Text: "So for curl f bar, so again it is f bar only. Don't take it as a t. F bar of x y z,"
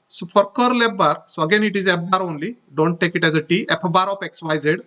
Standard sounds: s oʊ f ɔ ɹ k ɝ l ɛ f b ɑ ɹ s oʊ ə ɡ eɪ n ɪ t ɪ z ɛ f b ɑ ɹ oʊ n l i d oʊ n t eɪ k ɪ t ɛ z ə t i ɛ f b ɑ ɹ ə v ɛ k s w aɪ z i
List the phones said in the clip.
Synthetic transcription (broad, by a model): s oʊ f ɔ ɹ k ɝ l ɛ p b ɑ ɹ s oʊ ə ɡ eɪ n ɪ t ɪ z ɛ p b ɑ ɹ oʊ n l i d oʊ n t eɪ k ɪ t ɛ z ə t i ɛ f b ɑ ɹ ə p ɛ k s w aɪ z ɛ